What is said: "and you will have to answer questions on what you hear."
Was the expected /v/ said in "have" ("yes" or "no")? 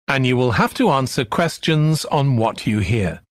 no